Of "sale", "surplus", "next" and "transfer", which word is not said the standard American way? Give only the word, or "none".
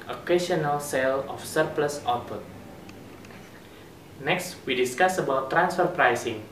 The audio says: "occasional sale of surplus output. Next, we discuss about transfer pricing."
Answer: none